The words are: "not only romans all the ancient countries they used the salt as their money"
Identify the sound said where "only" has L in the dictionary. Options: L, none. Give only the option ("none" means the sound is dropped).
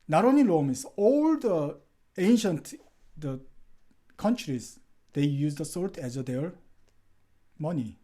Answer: none